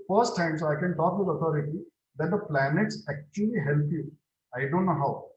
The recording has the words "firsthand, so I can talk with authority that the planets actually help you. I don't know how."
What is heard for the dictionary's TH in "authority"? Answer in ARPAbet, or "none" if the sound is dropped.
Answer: T